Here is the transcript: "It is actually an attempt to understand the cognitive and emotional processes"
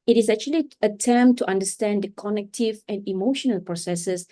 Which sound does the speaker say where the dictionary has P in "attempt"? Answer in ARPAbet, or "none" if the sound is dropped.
none